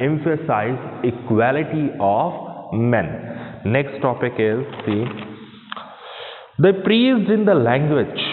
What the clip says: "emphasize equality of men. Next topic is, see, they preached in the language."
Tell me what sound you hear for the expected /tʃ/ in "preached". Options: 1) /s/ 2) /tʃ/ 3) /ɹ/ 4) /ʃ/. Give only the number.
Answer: 1